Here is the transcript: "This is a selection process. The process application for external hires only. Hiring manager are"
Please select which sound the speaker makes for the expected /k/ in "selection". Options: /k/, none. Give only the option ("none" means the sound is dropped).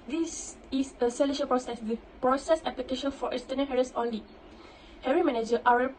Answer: none